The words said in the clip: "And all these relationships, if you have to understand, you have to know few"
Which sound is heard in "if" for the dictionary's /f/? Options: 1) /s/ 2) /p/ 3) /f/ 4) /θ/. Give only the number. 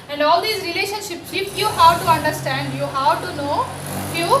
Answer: 2